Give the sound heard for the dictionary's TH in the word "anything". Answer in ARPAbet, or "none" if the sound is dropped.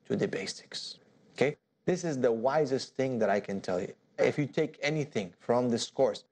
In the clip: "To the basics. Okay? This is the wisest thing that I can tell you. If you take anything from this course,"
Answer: TH